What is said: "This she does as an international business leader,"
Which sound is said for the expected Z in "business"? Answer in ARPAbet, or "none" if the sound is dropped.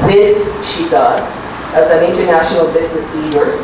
Z